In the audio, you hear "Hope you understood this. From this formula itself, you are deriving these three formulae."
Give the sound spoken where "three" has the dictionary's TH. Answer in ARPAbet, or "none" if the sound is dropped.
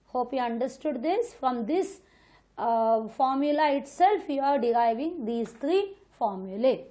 T